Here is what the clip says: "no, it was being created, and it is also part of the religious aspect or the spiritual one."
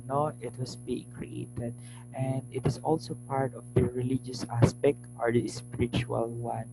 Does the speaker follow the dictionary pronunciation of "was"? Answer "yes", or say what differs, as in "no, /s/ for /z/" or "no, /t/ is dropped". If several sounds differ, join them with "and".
no, /s/ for /z/